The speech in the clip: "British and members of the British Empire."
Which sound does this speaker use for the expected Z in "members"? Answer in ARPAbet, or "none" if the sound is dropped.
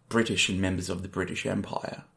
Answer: Z